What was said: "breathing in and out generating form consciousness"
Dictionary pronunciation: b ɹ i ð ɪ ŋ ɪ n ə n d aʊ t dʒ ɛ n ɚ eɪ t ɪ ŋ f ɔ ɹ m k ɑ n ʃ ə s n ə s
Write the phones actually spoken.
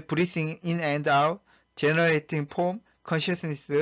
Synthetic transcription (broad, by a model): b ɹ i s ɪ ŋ ɪ n ə n d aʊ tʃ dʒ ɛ n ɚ eɪ t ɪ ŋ p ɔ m k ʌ n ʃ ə s n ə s